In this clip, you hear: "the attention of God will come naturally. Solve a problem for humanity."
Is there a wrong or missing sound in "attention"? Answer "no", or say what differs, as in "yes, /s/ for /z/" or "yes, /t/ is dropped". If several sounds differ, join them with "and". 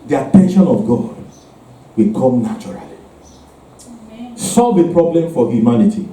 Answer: no